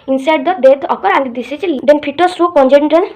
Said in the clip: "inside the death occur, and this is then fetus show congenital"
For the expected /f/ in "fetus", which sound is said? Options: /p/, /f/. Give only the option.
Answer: /p/